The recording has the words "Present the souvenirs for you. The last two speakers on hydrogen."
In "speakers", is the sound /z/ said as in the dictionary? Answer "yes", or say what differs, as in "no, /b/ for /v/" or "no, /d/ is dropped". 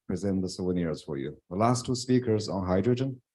yes